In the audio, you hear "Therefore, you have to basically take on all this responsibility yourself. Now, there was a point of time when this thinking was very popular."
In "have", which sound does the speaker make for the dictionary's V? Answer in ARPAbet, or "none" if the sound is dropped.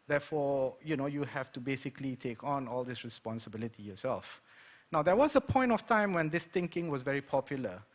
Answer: F